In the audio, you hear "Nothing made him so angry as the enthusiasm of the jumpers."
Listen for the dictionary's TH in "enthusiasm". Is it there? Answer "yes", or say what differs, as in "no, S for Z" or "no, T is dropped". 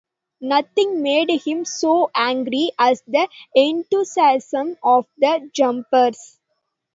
no, T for TH